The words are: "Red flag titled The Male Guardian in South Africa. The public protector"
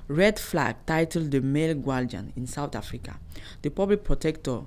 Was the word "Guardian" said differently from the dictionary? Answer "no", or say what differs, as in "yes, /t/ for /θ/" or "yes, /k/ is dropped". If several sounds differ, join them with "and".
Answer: yes, /l/ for /ɹ/